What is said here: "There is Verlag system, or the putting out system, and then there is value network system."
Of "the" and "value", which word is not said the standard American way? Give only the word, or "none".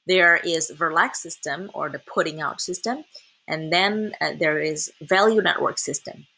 none